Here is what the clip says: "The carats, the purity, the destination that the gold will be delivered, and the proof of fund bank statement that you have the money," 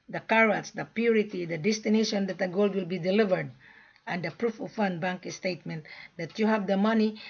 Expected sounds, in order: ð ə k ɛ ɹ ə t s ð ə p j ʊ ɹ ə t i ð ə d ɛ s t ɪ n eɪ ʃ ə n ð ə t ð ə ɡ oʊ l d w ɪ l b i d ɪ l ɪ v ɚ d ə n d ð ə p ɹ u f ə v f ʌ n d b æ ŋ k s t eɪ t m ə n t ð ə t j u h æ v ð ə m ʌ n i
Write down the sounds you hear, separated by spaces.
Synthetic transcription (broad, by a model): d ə k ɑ ɹ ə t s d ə p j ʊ ɹ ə t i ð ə d ɛ s t ɪ n eɪ ʃ ə n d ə t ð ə ɡ oʊ l d w ɪ l b i d ɪ l ɪ v ɚ d ə n d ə p ɹ u f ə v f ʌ n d b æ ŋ k s t eɪ t m ə n t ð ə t j u h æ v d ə m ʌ n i